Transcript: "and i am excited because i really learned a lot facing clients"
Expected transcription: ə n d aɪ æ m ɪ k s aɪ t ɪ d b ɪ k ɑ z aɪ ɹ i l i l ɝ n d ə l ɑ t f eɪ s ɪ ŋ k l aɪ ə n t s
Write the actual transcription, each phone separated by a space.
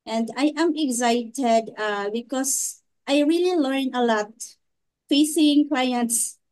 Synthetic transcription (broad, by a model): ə n d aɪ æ m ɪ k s aɪ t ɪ d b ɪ k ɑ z aɪ ɹ i l i l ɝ n ə l ɑ t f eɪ s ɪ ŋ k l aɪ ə n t s